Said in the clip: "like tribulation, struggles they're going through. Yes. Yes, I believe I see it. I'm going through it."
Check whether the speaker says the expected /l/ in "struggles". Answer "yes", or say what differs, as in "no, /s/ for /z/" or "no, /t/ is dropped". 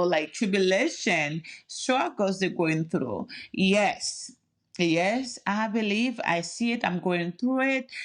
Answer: no, /l/ is dropped